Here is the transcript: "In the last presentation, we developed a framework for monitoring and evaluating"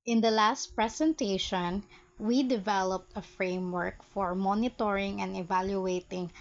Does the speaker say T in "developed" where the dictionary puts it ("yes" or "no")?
yes